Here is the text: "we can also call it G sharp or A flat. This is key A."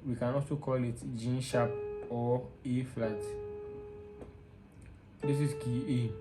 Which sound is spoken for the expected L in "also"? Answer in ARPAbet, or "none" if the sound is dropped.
none